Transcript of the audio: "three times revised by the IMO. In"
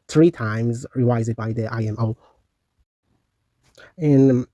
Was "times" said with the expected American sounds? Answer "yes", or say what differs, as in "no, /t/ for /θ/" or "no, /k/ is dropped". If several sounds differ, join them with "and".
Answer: yes